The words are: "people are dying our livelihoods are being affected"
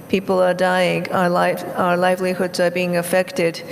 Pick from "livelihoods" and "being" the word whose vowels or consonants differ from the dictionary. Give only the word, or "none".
none